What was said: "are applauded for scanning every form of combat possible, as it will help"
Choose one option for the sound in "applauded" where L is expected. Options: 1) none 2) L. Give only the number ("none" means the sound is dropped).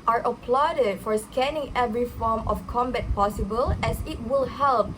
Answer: 2